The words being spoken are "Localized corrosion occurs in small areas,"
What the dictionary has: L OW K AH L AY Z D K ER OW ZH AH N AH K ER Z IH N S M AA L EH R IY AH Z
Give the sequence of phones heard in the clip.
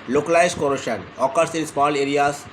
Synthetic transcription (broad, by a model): L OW K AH L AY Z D K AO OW SH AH N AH K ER S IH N S M AA L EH R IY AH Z